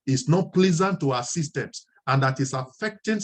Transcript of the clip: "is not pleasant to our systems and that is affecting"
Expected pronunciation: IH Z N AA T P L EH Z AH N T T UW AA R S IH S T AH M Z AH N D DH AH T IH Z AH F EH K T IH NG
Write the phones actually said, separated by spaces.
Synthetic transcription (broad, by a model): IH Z N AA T P L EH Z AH N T T UW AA S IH S T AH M S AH N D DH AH T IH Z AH F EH K T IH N